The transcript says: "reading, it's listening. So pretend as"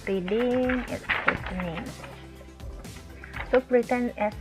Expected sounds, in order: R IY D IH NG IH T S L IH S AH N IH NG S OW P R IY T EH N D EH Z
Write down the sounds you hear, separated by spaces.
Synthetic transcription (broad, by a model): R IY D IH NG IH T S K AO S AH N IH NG S OW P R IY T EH N EH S